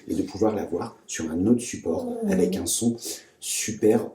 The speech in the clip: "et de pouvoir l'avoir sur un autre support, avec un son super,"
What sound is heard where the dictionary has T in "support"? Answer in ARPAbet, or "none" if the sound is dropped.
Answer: none